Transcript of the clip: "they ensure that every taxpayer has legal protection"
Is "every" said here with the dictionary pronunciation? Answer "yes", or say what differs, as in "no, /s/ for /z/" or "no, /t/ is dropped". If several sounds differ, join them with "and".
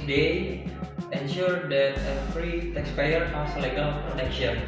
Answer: no, /f/ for /v/